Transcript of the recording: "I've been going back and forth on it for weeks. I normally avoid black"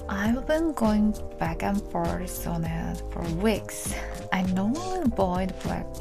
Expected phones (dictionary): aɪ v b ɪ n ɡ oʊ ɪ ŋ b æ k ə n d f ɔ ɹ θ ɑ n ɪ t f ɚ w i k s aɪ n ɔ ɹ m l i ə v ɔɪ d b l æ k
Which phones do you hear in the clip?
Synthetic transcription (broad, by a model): aɪ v b ɪ n ɡ oʊ ɪ ŋ b æ k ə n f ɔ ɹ s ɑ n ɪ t f ɚ w i k s aɪ n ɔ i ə b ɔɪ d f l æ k